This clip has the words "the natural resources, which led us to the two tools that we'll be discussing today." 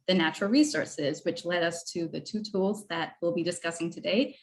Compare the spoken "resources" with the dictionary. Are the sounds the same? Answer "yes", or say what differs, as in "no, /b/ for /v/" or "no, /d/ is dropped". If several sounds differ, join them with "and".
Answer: yes